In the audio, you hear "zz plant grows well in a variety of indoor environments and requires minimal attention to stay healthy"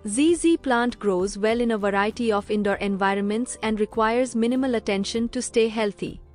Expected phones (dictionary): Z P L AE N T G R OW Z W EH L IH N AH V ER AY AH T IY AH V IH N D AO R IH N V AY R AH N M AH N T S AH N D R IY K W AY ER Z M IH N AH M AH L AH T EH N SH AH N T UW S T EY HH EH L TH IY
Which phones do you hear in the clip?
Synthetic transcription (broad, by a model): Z P L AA N T G R OW Z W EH L IH N AH V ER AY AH T IY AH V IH N D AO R IH N V AY R AH N M AH N T S AH N D R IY K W AY ER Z M IH N AH M AH L AH T EH N SH AH N T UW S T EY HH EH L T IY